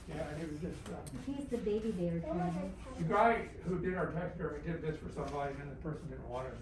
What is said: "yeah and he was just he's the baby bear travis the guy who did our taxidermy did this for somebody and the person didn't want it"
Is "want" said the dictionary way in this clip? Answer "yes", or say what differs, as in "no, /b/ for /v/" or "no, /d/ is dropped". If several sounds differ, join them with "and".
no, /n/ is dropped